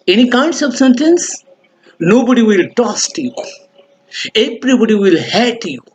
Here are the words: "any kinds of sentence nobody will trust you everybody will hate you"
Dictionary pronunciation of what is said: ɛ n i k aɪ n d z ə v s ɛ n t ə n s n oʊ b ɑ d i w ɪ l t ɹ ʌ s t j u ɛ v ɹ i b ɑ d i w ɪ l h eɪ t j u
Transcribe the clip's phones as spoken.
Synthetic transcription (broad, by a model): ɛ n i k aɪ n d s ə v s ɛ n t ə n s n oʊ b ɑ d i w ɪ l t ɔ s t j u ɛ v ɹ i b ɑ d i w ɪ l h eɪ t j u